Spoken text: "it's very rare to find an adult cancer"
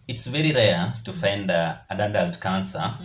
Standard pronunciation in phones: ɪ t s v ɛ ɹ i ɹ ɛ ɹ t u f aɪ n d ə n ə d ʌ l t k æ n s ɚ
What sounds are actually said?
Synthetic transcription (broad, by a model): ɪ t s v ɛ ɹ i ɹ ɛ t u f aɪ n d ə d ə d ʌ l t k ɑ n s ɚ